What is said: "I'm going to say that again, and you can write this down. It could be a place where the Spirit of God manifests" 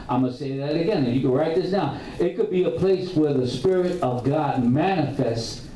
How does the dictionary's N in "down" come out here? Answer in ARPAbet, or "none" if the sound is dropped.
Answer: none